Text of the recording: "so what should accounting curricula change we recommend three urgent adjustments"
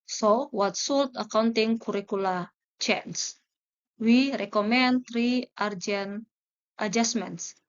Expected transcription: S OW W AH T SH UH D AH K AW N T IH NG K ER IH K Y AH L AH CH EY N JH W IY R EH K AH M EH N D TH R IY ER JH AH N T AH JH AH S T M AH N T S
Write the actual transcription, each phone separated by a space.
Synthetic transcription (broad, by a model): S OW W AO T S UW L AH K AW N T IH NG K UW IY K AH L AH CH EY N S W IY R EH K AH M EH N D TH R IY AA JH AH N T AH JH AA S M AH N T S